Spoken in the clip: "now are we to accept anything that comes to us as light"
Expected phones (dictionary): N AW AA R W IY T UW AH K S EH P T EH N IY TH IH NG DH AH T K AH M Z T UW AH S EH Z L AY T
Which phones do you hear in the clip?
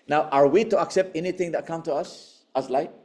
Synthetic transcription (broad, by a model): N AW AA R W IY T UW AH K S EH P T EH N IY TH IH NG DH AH T K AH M T UW AH S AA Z L AY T